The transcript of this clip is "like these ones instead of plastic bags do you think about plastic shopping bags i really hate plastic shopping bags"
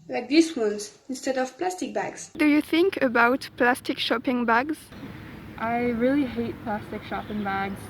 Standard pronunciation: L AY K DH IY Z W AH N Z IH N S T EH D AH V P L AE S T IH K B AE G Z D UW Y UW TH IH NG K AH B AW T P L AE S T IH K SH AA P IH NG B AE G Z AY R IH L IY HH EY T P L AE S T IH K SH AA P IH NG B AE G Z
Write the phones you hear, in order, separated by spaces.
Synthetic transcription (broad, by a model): L AY K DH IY S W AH N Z IH N S T EH D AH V P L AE S T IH K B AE G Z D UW Y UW TH IH NG K AH B AW T P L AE S T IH K SH AA P IH NG B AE G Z AY R IH L IY HH EY T P L AE S T IH K SH AA P IH NG B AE G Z